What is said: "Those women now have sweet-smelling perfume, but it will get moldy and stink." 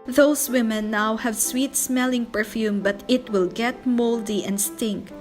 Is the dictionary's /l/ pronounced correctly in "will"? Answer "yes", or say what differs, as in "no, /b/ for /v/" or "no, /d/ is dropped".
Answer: yes